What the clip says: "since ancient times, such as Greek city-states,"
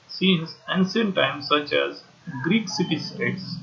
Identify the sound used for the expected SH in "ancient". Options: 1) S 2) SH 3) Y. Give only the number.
1